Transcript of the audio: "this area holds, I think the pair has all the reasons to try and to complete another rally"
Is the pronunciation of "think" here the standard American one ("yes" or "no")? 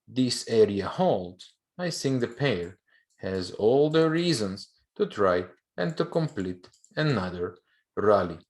no